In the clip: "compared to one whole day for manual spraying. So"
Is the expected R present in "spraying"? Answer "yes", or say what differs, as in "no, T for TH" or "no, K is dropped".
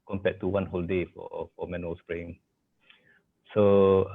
yes